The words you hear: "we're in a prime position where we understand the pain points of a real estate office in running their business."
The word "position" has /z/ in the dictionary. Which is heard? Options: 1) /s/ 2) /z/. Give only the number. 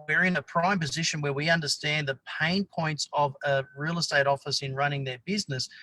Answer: 2